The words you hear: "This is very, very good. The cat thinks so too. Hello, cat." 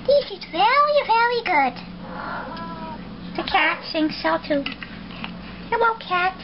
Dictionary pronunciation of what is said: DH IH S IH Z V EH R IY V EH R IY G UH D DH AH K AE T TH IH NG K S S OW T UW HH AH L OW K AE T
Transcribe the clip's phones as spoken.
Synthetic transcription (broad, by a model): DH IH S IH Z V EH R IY V EH R IY G UH D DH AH K AE T S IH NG S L T UW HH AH W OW K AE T